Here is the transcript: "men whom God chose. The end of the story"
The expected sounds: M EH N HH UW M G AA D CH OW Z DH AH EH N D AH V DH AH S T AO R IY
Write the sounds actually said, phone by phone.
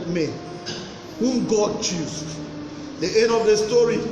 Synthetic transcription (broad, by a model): M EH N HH UW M G AA D CH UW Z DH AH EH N AH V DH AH S T AO R IY